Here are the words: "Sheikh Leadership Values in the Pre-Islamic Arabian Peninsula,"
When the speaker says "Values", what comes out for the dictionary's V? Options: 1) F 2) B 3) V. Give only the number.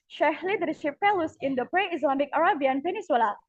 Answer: 1